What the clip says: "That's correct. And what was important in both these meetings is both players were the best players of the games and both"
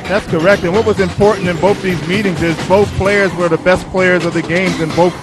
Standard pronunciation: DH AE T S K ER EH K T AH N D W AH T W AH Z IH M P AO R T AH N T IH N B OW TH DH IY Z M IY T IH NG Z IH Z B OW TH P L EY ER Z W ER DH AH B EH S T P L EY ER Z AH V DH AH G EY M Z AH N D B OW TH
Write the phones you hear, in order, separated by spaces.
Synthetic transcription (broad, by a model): DH AE T S K ER EH K T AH N W AH T W AH Z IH M P AO R T N T IH N B OW TH DH IY Z M IY T IH NG Z IH Z B OW TH P L EY ER Z W ER DH AH B EH S P L EY ER Z AH V DH AH G EY M Z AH N B OW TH